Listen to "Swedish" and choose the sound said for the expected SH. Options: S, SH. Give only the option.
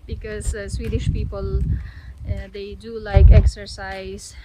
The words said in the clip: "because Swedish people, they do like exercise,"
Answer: SH